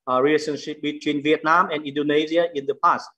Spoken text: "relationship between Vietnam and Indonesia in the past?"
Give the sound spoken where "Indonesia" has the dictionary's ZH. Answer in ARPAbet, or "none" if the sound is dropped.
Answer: Z